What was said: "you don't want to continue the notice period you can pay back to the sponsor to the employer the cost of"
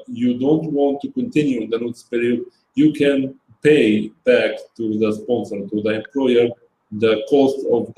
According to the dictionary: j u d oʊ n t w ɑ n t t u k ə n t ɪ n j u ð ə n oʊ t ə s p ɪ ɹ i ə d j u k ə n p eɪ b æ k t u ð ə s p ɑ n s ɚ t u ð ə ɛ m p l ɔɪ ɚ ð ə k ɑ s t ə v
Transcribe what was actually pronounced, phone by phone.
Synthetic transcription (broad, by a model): j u d oʊ n t w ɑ n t t u k ə n t ɪ n j u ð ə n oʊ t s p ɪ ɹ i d j u k ə n p eɪ b æ k t u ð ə s p ɑ n s ɚ t u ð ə ɛ m p l ɔɪ ɚ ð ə k ɑ s t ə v